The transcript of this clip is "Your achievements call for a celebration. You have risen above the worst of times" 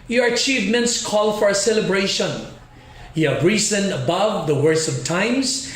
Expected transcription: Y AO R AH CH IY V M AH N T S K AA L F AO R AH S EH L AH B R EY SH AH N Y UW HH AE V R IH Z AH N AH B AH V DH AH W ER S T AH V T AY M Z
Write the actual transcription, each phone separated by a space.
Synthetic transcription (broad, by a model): Y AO R AH CH IY V M AH N T S K AA L F AO R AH S EH L AH B R EY SH AH N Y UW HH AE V R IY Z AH N AH B AH V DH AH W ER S AH V T AY M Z